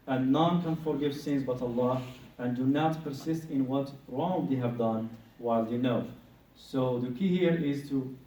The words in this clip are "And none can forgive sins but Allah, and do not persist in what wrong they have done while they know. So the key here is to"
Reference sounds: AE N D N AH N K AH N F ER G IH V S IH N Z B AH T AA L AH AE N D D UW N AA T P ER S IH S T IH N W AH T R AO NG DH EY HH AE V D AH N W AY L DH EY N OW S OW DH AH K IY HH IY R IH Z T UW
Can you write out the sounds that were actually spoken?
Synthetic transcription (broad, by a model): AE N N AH N K AH N F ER G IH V S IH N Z B AH T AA L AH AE N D D UW N AA T P ER S IH S T IH N W AH T R AO NG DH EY HH AE V D AH N W AY L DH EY N OW S OW DH AH K IY HH IY R IH Z T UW